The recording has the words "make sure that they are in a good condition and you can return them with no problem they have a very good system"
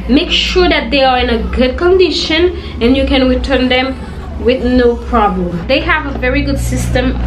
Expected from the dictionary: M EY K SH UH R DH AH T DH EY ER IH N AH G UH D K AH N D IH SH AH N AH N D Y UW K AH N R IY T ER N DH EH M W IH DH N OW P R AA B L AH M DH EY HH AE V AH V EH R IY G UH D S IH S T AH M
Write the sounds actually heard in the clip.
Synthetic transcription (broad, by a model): M EY K SH UH R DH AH T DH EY ER IH N AH G UH D K AH N D IH SH AH N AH N Y UW K AH N R IY T ER N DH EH M W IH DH N OW P R AA B L AH M DH EY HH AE V AH V EH R IY G UH D S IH S T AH M